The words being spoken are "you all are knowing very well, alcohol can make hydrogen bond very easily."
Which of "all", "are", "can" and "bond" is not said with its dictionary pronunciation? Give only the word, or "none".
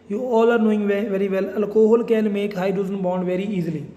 can